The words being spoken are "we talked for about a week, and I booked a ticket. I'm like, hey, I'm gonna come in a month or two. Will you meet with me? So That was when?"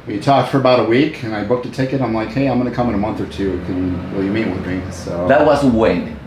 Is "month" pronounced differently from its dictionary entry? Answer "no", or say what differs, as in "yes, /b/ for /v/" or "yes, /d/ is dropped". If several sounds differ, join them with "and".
no